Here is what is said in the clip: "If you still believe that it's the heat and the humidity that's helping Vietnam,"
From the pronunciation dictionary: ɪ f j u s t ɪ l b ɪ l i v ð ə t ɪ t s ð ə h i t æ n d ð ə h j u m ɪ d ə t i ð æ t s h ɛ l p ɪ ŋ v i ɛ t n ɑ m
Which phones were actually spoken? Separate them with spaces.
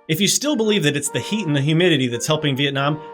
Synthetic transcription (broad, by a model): ɪ f j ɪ s t ɪ l b ɪ l i v ð ə t ɪ t s ð ə h i t n ð ə h j u m ɪ d ə t i ð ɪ t s h ɛ l p ɪ ŋ v i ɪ t n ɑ m